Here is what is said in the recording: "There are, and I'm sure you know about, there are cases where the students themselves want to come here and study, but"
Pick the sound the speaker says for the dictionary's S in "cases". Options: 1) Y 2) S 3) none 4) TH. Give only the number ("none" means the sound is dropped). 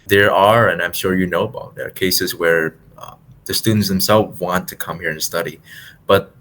2